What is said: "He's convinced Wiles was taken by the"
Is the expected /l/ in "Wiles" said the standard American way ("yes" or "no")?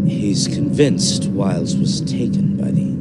yes